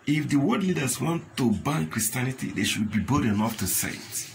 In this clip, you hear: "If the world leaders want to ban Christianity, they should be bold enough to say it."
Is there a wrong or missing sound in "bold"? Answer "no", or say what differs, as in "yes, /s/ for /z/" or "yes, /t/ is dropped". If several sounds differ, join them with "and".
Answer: yes, /l/ is dropped